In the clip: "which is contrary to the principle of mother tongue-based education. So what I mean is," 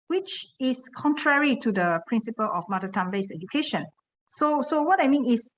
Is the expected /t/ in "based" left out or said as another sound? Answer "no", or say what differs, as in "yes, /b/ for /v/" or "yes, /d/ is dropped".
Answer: yes, /t/ is dropped